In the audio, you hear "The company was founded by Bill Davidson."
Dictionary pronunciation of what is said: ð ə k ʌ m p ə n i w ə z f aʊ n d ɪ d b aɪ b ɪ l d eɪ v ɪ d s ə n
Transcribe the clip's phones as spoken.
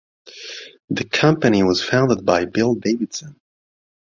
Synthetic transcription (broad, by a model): ð ə k ʌ m p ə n i w ə z f aʊ n d ɪ d b aɪ b ɪ l d eɪ v ɪ d s ə n